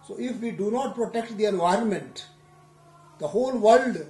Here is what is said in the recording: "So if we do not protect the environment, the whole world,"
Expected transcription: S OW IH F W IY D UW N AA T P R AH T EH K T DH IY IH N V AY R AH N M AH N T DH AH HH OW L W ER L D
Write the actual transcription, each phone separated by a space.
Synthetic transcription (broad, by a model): S OW IH F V IY D UW N AA T P R AH T EH K T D IY IH N V AY R AH N M AH N T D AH HH OW L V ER L D